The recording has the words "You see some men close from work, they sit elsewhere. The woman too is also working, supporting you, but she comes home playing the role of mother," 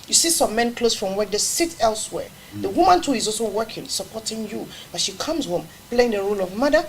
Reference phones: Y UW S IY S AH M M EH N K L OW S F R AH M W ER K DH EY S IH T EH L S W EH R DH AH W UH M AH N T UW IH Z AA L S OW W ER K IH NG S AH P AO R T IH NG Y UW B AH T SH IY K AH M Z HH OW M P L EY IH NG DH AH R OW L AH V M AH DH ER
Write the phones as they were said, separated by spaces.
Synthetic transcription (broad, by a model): Y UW S IY S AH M M EH N K L OW S F R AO M W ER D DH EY S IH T EH L S W EH R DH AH W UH M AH N T UW IH Z AA L S OW W ER K IH NG S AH P AO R T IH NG Y UW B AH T SH IY K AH M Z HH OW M P L EY IH NG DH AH R OW L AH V M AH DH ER